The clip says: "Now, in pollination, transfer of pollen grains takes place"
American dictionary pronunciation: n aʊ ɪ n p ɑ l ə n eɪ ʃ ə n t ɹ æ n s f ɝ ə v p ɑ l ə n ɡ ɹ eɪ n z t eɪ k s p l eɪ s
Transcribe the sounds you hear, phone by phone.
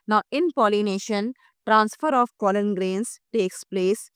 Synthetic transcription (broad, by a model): n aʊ ɪ n p ɑ l ə n eɪ ʃ ə n t ɹ æ n s f ɝ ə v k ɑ l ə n ɡ ɹ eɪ n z t eɪ k s p l eɪ s